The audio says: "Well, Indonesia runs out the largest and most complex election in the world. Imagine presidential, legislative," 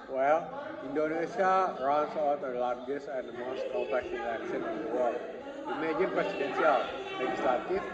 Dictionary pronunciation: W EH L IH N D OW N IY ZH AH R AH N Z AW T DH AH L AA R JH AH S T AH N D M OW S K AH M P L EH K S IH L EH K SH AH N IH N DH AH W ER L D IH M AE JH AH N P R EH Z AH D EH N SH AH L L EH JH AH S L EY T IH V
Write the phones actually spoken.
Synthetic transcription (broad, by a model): W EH L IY N D OW N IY S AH R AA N S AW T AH L AA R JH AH S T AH N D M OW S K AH P EH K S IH N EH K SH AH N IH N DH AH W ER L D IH M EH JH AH N P R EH S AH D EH N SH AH L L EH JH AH S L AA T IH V